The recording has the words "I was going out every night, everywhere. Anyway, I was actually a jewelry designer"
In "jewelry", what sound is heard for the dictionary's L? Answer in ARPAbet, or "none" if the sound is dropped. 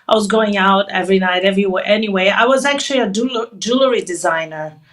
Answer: L